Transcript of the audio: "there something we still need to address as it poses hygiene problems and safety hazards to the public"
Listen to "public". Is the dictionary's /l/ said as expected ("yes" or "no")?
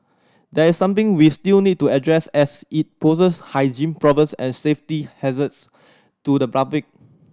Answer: no